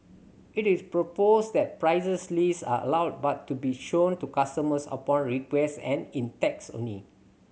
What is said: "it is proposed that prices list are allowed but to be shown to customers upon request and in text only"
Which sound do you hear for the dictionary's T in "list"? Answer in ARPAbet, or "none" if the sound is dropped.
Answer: none